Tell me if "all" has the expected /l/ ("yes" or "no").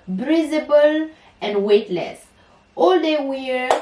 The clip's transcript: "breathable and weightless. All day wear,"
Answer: yes